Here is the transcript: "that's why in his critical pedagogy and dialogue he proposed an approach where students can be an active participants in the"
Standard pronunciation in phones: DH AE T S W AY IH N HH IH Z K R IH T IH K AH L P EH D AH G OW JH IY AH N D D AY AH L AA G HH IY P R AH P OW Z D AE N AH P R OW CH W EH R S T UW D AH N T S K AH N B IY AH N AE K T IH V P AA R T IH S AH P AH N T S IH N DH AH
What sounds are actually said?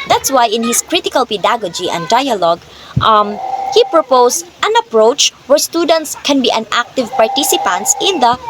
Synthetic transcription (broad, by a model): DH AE T S W AY IH N HH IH S K R IH T IH K AH L P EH D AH G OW JH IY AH N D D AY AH L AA G HH IY P R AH P OW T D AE N AH P R OW CH W EH R S T UW D AH N T S K AH N B IY AH N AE K T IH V P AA R T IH S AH P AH N T S IH N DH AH